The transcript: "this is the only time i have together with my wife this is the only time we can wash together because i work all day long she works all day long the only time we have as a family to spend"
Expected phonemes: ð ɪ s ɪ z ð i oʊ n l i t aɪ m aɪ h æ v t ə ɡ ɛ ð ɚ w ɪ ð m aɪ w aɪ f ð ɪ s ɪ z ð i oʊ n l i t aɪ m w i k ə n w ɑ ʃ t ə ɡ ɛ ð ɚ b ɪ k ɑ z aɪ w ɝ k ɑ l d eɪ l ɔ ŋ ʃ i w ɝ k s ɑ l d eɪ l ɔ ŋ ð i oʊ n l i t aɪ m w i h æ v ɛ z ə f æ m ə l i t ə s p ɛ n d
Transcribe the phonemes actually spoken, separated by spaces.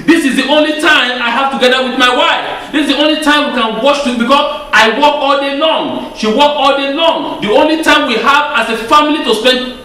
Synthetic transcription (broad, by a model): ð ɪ s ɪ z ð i oʊ n l i t aɪ m aɪ h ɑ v t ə ɡ ɛ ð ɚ w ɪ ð m aɪ w aɪ f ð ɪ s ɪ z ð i oʊ n l i t aɪ m w i k ə n w ɑ ʃ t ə b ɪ k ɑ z aɪ w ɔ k ɑ l d eɪ l ɔ ŋ ʃ i w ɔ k ɑ l d eɪ l ɔ ŋ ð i oʊ n l i t aɪ m w i h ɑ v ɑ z ə f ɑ m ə l i t ə s p ɛ n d